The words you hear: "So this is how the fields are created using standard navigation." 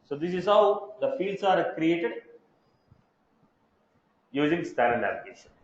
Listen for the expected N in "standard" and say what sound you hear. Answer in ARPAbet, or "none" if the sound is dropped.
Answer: none